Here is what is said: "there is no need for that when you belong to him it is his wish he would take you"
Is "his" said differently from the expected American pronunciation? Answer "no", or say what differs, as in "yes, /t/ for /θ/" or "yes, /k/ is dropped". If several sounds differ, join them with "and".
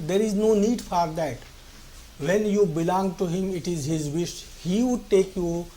no